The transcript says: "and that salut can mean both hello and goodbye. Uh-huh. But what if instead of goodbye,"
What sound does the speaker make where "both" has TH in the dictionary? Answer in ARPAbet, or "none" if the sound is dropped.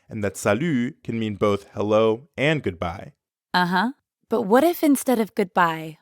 TH